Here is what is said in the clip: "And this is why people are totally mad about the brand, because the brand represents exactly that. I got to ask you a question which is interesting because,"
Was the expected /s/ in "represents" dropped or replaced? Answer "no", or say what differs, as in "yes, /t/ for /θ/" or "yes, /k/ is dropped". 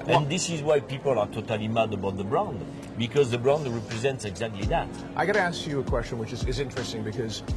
no